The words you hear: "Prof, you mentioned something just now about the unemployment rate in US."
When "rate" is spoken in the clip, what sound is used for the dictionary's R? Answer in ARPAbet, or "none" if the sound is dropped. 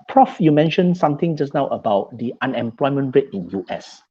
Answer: R